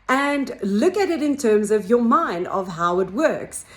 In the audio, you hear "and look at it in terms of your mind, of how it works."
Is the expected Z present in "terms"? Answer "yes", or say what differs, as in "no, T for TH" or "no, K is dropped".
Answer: yes